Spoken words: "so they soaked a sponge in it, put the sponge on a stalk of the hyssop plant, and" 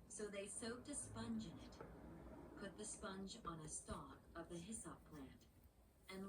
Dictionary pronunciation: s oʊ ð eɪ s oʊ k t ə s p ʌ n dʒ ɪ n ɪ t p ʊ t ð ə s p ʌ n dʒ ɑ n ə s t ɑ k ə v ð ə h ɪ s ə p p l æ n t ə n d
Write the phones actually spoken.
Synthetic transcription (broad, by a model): s oʊ ð eɪ s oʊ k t ə s p ʌ n dʒ ɪ n ɪ t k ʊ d ð ə s p ʌ n dʒ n ə s t ɑ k ə v ð ə h ɪ s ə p p l æ n t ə n